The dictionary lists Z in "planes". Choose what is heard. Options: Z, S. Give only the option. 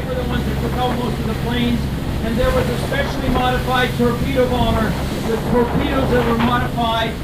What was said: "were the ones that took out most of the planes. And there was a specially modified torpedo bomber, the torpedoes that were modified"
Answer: Z